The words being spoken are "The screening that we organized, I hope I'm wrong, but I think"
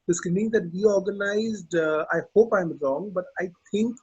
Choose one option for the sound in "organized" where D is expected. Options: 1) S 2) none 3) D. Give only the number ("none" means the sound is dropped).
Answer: 3